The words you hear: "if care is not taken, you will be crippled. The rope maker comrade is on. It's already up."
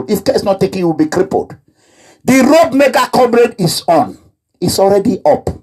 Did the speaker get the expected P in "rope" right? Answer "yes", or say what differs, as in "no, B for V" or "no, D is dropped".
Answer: no, B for P